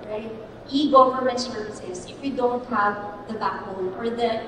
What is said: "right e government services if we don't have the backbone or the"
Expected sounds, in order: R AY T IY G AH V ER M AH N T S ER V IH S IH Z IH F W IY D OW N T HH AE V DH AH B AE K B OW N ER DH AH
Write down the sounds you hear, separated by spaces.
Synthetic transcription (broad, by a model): R AY T IY G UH F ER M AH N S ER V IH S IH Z IH F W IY D OW N T HH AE V DH AH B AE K OW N ER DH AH